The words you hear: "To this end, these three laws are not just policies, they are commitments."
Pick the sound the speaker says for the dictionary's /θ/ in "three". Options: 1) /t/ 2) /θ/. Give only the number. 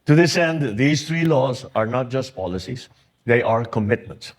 1